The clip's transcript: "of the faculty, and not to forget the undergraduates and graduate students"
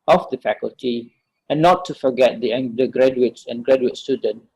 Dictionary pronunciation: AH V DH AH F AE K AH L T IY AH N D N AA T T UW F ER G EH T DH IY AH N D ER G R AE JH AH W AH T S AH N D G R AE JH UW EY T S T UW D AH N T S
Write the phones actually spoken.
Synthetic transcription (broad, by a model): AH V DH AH F AE K AH L T IY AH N N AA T T UW F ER G EH T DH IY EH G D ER G R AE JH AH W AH T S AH N G R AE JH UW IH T S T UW D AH N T